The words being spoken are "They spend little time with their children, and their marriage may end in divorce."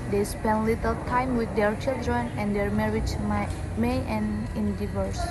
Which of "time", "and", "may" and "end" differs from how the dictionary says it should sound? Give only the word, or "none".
end